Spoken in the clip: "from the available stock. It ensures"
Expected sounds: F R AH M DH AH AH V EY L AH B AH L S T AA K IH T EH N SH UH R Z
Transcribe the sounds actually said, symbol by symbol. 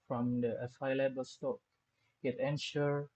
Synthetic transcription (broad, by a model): F R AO M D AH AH F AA L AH B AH L S T AA K IH T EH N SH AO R